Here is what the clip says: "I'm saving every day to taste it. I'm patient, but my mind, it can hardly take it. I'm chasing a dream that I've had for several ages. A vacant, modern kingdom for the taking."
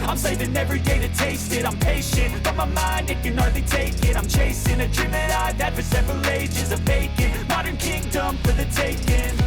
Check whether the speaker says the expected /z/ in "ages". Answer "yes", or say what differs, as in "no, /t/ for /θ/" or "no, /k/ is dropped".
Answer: yes